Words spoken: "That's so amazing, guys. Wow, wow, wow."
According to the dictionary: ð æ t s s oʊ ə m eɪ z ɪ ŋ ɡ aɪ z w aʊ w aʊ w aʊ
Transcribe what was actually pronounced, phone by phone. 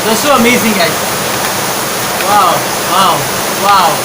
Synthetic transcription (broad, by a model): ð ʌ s s oʊ ə m eɪ z ɪ ŋ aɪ w aʊ w aʊ w aʊ